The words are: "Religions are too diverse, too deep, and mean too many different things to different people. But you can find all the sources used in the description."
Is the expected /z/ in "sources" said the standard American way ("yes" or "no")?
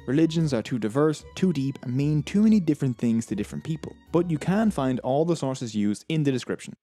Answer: yes